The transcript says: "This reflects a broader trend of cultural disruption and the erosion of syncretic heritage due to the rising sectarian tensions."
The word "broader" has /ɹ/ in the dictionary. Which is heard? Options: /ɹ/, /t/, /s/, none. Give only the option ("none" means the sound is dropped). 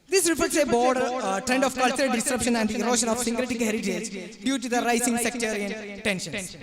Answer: none